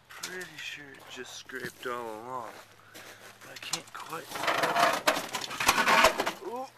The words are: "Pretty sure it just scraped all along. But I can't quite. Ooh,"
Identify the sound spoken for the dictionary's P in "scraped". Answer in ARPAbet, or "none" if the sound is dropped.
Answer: P